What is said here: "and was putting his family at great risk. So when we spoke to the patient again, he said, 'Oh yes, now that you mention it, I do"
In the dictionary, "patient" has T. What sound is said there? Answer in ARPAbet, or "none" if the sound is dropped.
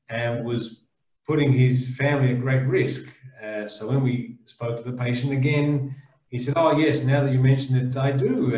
T